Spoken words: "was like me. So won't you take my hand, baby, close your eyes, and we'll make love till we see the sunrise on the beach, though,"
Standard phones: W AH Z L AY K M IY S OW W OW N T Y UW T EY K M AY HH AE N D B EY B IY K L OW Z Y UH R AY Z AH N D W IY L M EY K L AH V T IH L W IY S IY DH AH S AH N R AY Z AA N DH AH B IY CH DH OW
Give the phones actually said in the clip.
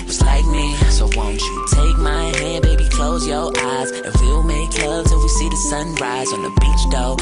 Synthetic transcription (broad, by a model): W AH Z L AY K M IY S OW W OW N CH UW T EY K M AY HH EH D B EY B IY K L OW Z Y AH R AY Z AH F W IY L M EY K L AH V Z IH W IY S IY DH AH S AH N R AY Z N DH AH B IY CH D OW